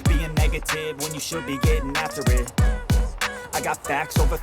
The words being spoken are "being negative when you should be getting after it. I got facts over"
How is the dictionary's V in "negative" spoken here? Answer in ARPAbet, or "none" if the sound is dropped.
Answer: V